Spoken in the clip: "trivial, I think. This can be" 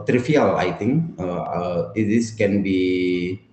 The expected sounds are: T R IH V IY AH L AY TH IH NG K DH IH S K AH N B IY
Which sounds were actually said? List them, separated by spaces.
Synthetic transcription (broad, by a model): T R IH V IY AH L AY T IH NG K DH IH S K AH N B IY